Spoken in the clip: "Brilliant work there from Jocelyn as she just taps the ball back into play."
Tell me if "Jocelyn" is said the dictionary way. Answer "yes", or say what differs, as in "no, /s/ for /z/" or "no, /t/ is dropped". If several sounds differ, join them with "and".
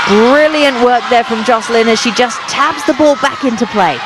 yes